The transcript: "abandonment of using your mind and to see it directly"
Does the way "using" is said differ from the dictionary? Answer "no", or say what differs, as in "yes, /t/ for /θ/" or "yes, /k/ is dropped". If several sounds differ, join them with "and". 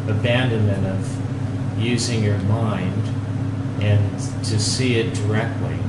no